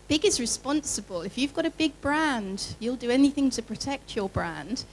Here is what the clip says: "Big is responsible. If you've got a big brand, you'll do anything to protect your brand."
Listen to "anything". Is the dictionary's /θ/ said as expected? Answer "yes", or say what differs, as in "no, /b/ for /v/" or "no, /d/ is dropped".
yes